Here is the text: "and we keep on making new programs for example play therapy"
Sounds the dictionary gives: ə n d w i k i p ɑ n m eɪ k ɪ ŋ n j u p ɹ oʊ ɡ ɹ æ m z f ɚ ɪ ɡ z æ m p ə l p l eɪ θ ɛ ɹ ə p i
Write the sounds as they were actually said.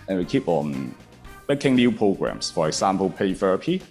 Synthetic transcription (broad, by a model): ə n w i k i p ɑ n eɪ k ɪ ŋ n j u p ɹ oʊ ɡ ɹ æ m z f ɚ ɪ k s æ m p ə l p eɪ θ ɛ ɹ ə p i